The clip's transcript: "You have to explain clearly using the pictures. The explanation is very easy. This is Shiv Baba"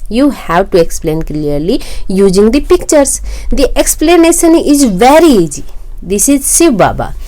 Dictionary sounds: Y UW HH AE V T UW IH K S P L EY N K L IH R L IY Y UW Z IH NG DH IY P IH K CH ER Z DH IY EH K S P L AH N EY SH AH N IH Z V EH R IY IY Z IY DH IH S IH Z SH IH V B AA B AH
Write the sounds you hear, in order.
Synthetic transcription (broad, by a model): Y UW HH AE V T UW IH K S P L EY N K L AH R L IY Y UW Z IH NG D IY P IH K CH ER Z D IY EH K S P L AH N EY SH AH N IH Z V EH R IY IY Z IY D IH S IH Z S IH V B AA B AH